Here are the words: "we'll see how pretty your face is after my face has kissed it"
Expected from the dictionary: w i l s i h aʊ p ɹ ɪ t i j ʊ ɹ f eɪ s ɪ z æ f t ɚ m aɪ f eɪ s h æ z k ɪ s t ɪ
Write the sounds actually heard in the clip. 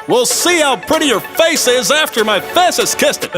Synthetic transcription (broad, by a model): w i l s i h aʊ p ɹ ɪ t i j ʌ ɹ f eɪ s ɪ z æ f t ɚ m aɪ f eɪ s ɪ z k ɪ s t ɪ